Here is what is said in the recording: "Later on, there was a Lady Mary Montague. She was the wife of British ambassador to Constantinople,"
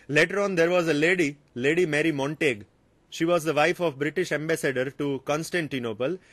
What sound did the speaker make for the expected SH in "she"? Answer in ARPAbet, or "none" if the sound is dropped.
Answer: SH